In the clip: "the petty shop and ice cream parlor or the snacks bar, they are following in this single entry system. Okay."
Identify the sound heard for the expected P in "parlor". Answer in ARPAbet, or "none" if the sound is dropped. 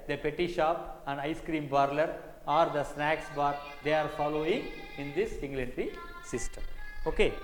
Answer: B